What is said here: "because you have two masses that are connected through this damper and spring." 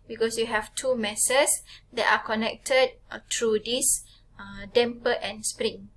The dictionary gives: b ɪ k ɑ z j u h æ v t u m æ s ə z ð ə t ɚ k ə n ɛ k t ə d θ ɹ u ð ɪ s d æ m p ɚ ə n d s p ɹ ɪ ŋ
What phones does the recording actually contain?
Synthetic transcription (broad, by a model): b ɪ k ɑ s j u h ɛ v t u m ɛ s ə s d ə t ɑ k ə n ɛ k t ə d t ɹ u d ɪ s d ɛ m p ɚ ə n s p ɹ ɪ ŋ